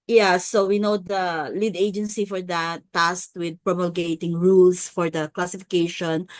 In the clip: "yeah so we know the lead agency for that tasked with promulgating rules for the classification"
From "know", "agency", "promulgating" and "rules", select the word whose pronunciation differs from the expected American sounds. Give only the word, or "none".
rules